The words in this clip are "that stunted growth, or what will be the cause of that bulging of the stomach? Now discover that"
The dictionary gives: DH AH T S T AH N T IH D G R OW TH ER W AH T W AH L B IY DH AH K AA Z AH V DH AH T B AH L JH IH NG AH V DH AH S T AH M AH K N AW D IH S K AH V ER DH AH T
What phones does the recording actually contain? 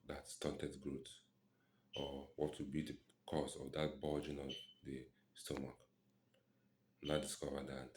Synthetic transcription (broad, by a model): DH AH T S T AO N T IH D G R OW T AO W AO T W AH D B IY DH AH K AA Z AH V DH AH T B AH JH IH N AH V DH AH S T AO M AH K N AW D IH S K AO V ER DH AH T